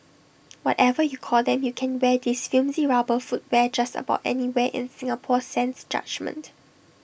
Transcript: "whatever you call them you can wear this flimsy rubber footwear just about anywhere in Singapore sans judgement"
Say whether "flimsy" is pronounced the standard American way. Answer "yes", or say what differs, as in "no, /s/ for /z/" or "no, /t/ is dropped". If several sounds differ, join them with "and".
no, /l/ is dropped